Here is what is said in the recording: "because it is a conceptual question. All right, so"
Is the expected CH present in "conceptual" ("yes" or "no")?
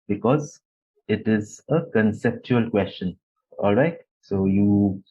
yes